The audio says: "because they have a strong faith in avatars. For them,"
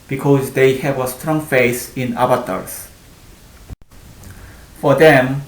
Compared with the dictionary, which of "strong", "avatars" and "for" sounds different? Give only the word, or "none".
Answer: avatars